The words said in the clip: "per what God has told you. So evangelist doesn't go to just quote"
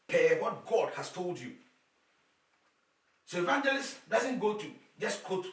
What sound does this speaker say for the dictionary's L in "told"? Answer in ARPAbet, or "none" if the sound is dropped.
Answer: L